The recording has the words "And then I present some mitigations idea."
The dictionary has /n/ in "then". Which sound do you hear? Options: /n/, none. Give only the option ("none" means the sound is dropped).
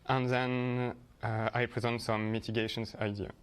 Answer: /n/